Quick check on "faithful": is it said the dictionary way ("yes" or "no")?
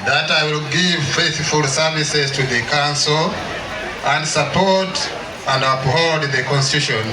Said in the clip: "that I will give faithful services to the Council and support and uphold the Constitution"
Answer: yes